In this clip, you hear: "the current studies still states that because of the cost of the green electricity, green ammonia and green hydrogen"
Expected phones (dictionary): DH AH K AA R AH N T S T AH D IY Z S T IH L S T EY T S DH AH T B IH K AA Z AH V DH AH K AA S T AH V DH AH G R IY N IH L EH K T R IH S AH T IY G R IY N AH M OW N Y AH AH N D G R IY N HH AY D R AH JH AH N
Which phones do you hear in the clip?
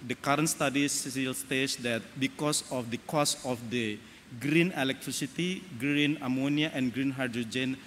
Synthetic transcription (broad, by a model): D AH K AA R AH N T S T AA D IY S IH L S T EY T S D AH T B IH K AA S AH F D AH K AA S AH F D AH G R IY N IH L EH K T R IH S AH T IY G R IY N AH M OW N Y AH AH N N G R IY N HH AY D R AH JH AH N